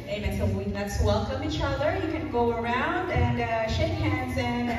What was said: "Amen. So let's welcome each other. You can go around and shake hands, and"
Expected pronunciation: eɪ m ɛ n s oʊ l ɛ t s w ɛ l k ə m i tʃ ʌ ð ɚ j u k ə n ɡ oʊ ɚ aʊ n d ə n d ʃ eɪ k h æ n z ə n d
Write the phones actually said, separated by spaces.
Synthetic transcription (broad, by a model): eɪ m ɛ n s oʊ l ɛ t s w ɛ l k ə m i tʃ ʌ ð ɚ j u k ə n ɡ oʊ ɚ aʊ n d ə n ʃ eɪ k h æ n z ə n